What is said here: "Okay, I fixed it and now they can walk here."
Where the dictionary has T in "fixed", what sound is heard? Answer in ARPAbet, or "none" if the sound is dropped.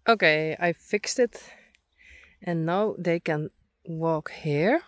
T